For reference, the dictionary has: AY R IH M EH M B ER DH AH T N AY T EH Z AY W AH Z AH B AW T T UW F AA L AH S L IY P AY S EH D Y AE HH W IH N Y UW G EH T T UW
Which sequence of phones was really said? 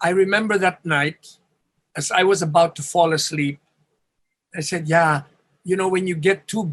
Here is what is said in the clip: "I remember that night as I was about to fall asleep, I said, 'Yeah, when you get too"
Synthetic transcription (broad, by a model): AY R IH M EH M B ER DH AH T N AY T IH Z AY W AH Z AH B AW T T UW F AA L AH S L IY P AY S EH D Y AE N W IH N Y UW G EH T T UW